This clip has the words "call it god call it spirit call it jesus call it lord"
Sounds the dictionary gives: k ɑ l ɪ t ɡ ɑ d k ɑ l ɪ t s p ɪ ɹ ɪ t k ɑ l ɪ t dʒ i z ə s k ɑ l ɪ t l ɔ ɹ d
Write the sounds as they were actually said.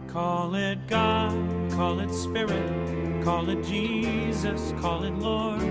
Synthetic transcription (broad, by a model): k ɑ l ɪ t ɡ ɑ d k ɑ l ɪ t s p ɪ ɹ ɪ t k ɑ l ɪ t dʒ i z ə s k ɑ l ɪ t l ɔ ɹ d